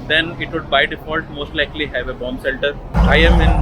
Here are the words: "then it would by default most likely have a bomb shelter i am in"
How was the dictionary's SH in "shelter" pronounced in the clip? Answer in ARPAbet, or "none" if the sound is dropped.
S